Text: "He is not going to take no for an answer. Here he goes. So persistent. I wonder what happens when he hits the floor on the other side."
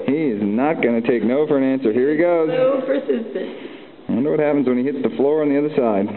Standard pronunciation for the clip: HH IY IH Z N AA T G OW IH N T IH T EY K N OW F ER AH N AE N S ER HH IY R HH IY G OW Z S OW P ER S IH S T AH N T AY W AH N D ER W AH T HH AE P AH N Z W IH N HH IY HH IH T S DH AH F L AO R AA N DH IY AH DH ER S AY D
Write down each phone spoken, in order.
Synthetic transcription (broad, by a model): HH IY IH Z N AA T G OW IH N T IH T EY K N OW F ER AH N AE N S ER HH IY R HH IY G OW Z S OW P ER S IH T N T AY W AH N D ER W AH T HH AE P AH N Z W IH N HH IY HH IH T S DH AH F L AO R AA N DH IY AH DH ER S AY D